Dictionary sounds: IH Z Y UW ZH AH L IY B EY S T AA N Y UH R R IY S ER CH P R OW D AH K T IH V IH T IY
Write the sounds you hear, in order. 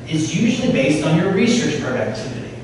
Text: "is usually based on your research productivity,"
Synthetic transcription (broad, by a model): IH Z Y UW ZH L IY B EY S T N Y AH R R IY S ER CH P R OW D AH K T IH V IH T IY